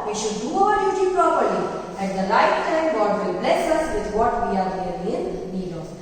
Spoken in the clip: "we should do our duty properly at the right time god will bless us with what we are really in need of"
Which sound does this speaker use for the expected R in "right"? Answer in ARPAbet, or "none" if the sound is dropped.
L